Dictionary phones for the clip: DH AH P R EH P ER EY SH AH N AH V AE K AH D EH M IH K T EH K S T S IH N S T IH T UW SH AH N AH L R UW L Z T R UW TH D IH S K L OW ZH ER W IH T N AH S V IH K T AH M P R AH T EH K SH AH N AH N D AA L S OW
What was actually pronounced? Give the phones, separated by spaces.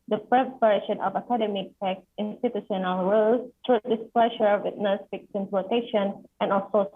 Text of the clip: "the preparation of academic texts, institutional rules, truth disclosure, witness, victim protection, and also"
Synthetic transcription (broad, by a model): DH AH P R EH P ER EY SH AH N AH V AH K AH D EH M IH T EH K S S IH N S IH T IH S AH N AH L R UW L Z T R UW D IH S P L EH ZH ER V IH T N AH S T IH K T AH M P L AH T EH SH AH N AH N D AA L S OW